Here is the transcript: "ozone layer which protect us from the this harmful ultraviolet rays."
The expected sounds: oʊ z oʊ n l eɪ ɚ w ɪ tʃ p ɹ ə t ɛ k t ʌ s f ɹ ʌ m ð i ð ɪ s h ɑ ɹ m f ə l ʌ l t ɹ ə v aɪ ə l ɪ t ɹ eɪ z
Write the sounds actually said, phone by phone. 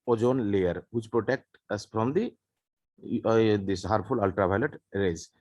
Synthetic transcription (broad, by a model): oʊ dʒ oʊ n l eɪ ɚ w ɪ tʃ p ɹ ə t ɛ k t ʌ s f ɹ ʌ m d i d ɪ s h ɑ ɹ f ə l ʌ l t ɹ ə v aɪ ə l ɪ t ɹ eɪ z